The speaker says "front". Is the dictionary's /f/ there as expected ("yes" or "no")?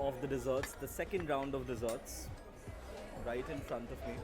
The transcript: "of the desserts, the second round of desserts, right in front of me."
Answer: yes